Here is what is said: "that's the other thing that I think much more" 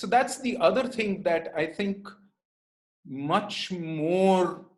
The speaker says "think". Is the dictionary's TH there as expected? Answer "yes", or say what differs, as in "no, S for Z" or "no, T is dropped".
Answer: no, T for TH